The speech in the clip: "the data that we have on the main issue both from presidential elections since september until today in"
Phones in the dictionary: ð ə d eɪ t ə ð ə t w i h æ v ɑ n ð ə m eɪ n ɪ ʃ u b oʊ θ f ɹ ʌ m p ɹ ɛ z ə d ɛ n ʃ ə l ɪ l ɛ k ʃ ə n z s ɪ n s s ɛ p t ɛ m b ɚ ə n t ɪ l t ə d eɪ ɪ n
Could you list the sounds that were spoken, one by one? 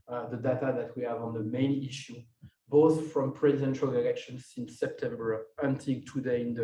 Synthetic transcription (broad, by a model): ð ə d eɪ t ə ð ə t w i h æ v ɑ n ð ə m eɪ n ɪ ʃ u b oʊ θ f ɹ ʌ m p ɹ ɛ z ə d ɛ n ʃ ə l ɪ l ɛ k ʃ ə n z s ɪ n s s ɛ p t ɛ m b ɚ ə n t ɪ l t ə d eɪ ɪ n